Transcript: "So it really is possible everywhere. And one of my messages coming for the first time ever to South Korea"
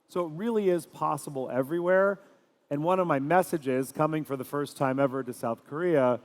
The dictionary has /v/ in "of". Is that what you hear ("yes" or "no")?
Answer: yes